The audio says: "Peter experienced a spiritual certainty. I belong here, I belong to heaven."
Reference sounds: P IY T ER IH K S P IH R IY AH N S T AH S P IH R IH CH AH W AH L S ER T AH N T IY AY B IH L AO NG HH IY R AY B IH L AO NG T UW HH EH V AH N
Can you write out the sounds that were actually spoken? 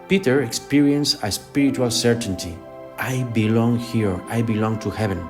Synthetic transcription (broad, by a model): P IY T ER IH K S P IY R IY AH N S AH S P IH R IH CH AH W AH L S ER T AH N T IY AY B IH L AO NG HH IY R AY B IH L AO NG T UW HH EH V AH N